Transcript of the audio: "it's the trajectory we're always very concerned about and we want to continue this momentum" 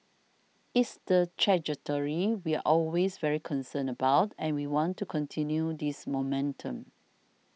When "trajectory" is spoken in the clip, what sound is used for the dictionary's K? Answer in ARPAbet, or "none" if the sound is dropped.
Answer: none